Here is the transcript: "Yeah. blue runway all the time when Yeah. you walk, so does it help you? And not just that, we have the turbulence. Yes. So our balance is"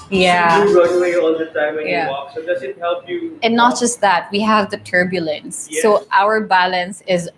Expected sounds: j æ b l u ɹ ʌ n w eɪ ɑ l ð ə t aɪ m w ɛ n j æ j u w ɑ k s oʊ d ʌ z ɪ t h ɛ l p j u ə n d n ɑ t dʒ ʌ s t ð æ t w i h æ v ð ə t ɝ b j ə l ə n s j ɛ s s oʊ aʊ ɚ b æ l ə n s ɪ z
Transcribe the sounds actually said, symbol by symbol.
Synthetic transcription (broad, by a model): j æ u ɹ ʌ n w eɪ ɑ l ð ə t aɪ m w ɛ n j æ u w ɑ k s oʊ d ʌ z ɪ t h ɛ l p j u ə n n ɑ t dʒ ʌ s t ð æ t w i h æ v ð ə t ɝ b j ə l ə n s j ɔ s aʊ ɚ b æ l ə n s ɪ z